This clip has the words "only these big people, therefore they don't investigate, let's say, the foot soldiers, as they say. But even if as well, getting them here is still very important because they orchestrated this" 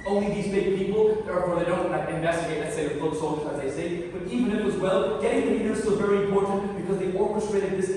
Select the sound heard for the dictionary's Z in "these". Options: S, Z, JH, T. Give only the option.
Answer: Z